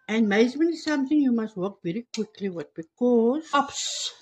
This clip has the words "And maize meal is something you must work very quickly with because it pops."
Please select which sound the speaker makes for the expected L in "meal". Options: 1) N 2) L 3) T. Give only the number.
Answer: 1